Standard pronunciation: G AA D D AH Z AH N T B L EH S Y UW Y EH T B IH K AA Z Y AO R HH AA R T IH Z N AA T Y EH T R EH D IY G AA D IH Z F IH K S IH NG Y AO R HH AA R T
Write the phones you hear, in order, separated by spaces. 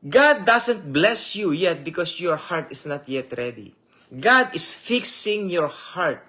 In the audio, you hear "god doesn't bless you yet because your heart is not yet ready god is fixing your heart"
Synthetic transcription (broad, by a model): G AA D D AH S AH N T B L EH S Y UW Y EH T B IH K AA S Y AO R HH AA R T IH S N AA T Y EH T R EH D IY G AA D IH S F IH K S IH NG Y AO R HH AA R T